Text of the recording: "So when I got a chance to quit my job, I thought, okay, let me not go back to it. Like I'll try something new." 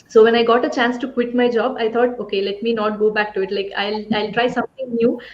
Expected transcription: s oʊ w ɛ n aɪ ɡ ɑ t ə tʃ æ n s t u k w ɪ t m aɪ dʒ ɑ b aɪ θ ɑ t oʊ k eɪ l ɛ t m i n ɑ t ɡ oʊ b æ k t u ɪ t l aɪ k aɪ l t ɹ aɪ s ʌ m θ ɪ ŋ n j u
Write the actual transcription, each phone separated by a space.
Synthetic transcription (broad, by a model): s oʊ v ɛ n aɪ ɡ ɑ t ə tʃ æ n s t u k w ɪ t m aɪ dʒ ɑ b aɪ t ɑ t oʊ k eɪ l ɛ t m i n ɑ t ɡ oʊ b æ k t u ɪ t l aɪ k aɪ l t ɹ aɪ s ʌ m t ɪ ŋ n j u